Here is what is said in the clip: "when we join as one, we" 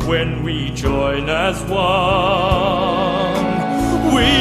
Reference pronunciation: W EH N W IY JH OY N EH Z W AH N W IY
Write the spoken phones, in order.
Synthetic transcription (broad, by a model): W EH N W IY JH OY N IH Z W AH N W IY